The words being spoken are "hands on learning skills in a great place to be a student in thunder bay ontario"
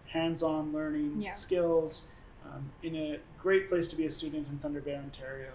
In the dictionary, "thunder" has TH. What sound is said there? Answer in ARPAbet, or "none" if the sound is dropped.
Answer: TH